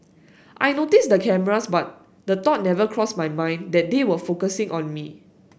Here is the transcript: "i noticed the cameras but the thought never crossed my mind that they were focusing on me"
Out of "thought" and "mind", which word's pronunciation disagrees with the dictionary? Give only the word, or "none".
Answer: thought